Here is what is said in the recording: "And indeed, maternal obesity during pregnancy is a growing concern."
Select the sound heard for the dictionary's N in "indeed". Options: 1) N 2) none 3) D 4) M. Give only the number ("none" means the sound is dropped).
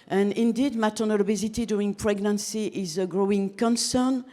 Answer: 1